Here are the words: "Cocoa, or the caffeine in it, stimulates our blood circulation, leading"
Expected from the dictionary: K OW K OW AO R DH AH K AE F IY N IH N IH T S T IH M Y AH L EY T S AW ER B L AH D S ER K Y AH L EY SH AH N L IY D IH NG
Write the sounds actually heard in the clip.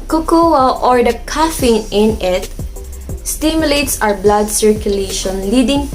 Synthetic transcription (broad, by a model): K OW K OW AO R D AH K AE F IY N IH N IH T S T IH M Y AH L EY T S AW ER B L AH D S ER K Y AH L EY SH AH N L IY D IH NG